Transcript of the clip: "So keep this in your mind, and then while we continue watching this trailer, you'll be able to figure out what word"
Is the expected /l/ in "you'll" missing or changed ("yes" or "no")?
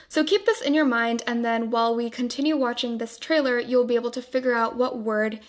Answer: no